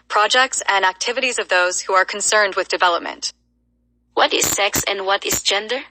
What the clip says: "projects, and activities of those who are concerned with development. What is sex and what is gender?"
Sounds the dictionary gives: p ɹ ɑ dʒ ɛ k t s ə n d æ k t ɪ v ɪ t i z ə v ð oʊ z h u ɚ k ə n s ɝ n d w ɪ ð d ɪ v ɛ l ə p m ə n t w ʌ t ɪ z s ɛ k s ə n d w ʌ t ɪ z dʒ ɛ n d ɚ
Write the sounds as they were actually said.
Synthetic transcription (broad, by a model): p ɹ ɑ dʒ ɛ k t s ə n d æ k t ɪ v ɪ t i z ə v ð oʊ z h u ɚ k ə n s ɝ n d w ɪ ð d ɪ v ɛ l ə p m ə n t w ʌ t ɪ z s ɛ k s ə n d w ʌ t ɪ z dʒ ɛ n d ɚ